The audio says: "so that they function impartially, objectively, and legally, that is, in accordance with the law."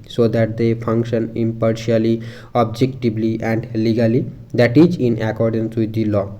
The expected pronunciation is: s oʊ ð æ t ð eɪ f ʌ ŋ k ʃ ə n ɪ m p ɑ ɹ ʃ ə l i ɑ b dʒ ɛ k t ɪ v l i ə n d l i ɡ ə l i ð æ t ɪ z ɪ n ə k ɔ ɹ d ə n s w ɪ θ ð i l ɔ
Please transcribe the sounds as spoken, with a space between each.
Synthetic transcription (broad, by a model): s oʊ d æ t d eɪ f ʌ ŋ k ʃ ə n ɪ m p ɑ ɹ ʃ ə l i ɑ b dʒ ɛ k t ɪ b l i ə n d l i ɡ ə l i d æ t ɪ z ɪ n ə k ɔ ɹ d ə n s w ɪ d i l ɔ